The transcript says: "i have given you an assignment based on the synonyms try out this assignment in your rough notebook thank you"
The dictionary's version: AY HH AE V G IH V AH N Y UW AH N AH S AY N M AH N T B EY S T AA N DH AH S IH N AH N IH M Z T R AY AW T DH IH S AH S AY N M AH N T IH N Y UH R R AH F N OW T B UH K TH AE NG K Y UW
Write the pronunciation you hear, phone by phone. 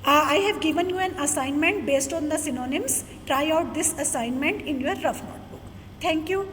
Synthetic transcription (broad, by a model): AY HH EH V G IH V AH N Y UW AH N AH S AY N M AH N T B EY S T AA N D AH S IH N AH N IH M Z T R AY AW T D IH S AH S AY N M AH N T IH N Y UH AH R AH F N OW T B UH K T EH NG K Y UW